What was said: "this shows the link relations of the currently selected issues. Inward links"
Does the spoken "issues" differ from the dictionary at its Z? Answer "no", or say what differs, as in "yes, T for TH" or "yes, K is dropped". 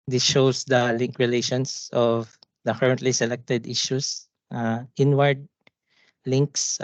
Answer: yes, S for Z